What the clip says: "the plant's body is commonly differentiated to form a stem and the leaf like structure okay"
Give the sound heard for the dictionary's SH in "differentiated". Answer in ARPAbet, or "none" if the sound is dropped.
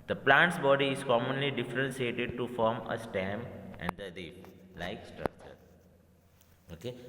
S